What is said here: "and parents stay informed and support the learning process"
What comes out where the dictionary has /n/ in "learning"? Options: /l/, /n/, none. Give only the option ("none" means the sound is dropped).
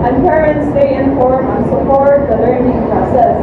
/n/